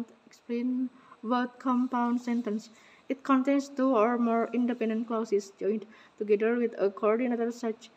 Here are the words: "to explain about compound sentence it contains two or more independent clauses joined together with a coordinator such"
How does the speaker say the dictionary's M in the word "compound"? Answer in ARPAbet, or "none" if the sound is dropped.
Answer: M